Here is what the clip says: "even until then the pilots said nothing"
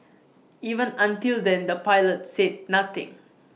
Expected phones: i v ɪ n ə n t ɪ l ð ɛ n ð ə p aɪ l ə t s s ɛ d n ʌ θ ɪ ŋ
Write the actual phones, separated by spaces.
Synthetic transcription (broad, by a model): i v ɪ n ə n t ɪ l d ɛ n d ə p aɪ l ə t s s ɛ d n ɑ t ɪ ŋ